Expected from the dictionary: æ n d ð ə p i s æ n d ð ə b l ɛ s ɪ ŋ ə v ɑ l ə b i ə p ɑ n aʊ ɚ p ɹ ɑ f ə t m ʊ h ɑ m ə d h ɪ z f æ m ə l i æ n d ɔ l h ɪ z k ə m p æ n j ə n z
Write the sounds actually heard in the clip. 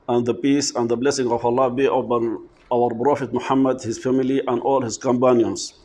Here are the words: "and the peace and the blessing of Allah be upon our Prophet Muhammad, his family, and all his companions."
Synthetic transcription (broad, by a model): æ n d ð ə p i s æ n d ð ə b l ɛ s ɪ ŋ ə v ɑ l ə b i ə b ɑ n aʊ ɚ b ɹ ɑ f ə t m ʊ h ɑ m ə d h ɪ z f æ m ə l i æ n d ɔ l h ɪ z k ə m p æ n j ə n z